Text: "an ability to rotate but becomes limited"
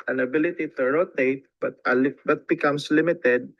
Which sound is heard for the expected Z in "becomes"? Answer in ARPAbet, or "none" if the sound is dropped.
S